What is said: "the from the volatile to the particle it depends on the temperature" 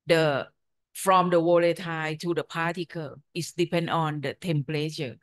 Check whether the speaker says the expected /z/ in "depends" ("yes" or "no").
no